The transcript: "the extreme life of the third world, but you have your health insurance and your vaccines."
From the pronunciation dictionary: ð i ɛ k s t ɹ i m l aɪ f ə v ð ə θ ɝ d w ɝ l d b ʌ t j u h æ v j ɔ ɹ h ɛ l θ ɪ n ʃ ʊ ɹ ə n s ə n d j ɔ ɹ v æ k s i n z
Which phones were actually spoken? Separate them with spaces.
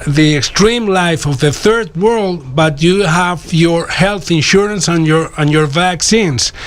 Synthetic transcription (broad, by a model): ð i ɛ k s t ɹ i m l aɪ f ə v ð ə θ ɝ d w ɝ l d b ʌ t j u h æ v j ɔ ɹ h ɛ l θ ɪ n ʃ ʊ ɹ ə n s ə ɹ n j ɔ ɹ v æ k s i n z